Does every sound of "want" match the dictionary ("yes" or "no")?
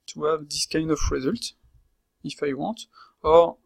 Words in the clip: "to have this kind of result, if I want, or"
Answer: no